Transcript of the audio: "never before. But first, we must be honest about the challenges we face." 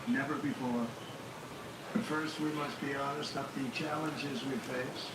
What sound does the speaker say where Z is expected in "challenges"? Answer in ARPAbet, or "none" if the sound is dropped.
Z